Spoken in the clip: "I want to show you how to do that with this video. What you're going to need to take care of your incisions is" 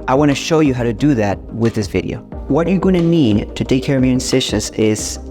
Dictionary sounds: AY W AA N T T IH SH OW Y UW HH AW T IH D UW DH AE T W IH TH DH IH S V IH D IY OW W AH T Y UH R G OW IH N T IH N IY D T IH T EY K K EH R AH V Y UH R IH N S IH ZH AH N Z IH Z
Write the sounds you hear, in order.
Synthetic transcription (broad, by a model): AY W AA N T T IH SH OW Y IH HH AW T IH D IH DH AE T W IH DH IH S V IH D IY OW W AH T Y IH G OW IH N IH N IY D T IH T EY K K EH R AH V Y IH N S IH SH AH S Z IH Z